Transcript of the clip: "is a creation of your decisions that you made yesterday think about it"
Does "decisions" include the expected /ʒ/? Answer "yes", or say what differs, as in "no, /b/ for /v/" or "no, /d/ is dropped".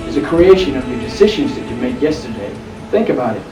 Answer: yes